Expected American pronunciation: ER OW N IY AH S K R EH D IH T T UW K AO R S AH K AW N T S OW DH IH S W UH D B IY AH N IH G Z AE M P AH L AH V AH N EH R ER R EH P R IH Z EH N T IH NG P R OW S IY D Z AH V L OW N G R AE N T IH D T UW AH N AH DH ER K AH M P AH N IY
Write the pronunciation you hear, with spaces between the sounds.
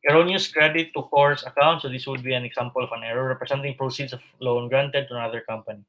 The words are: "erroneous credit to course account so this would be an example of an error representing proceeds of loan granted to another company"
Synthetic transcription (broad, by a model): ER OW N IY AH S K R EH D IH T T UW K AO R S AH K AW N T S OW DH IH S W UH D B IY AH N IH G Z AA M P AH L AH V AH N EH R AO R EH P R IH S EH N T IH NG P R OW S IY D S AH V L OW N G R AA N T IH D T UW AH N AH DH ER K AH M P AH N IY